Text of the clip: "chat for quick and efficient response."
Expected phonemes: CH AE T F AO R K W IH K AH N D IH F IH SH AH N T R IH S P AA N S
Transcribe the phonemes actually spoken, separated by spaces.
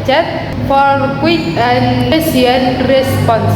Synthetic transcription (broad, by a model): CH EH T F AO R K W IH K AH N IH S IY AH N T R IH S P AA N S